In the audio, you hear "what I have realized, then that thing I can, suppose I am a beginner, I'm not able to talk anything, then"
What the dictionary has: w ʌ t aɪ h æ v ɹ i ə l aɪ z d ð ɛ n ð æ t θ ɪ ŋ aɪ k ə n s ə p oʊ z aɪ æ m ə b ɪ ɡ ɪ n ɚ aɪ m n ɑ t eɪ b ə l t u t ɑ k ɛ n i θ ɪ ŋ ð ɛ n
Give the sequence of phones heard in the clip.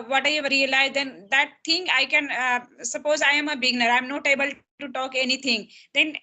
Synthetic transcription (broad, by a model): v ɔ t aɪ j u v ɹ i ə l aɪ z d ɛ n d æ t t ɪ ŋ aɪ k ə n s ə p oʊ z aɪ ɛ m ə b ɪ ɡ n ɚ aɪ m n ɑ t eɪ b ə l t u t ɑ k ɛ n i t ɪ ŋ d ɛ n